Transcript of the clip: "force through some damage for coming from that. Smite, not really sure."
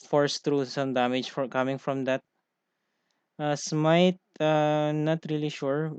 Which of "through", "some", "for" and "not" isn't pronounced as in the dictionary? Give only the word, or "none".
through